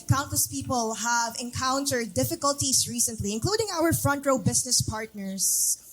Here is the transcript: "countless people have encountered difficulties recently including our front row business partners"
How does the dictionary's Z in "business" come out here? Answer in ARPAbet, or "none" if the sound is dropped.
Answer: S